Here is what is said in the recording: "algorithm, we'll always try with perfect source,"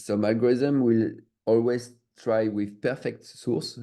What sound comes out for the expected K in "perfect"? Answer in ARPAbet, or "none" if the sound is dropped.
K